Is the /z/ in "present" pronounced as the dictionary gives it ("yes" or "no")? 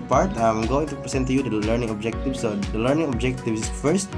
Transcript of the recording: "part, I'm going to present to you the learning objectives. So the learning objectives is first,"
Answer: no